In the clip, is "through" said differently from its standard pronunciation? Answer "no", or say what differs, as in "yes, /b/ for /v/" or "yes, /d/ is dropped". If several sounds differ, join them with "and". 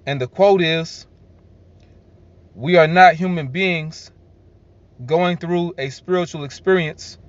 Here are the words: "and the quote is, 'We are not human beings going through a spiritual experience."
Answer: no